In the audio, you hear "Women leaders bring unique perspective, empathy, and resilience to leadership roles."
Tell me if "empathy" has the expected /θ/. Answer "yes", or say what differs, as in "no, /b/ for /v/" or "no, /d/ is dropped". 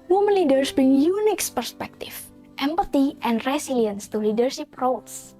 no, /t/ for /θ/